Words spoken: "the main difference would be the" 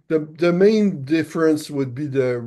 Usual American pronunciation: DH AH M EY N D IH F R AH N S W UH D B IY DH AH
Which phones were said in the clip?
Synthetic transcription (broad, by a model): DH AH M EY N D IH F R AH N S W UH D B IY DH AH